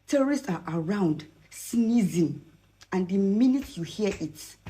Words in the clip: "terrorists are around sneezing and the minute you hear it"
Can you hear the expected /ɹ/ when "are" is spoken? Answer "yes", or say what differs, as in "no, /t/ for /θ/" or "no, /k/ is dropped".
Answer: yes